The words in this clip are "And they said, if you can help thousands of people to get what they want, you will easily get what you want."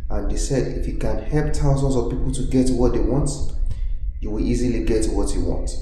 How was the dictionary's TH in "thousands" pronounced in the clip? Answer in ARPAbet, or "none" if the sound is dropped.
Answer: T